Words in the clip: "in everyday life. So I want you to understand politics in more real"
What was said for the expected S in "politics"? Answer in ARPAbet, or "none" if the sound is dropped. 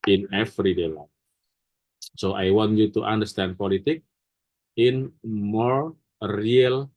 none